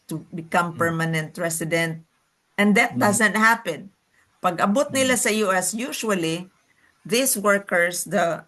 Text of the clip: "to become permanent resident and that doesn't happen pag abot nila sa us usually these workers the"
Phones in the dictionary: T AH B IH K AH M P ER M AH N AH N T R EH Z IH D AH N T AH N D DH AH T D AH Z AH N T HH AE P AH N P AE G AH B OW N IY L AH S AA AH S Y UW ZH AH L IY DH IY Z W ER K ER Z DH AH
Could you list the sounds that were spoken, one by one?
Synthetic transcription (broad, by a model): T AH B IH K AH M P ER M AH N AH N T R EH S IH D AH N T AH N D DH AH T D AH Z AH N T HH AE P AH N P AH G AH B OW N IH L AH S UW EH S Y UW SH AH L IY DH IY S W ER K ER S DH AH